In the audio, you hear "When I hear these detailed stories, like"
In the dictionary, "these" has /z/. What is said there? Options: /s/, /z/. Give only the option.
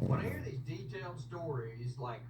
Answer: /z/